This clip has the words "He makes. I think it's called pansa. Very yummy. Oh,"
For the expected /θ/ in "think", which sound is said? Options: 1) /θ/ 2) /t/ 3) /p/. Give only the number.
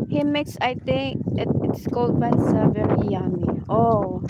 2